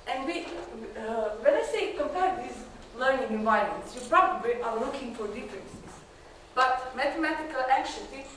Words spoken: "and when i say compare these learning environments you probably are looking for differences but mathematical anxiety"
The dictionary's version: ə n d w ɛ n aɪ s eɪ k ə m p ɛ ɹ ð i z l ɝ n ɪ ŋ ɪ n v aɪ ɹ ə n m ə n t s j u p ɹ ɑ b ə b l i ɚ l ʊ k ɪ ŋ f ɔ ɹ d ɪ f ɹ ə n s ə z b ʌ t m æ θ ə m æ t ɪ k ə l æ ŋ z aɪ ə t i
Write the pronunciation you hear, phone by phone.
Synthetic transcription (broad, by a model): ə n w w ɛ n aɪ s eɪ k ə m p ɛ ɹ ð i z l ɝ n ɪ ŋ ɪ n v aɪ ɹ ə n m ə n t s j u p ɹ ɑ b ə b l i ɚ l ʊ k ɪ ŋ f ɔ ɹ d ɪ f ɹ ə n s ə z b ʌ t m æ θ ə m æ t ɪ k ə l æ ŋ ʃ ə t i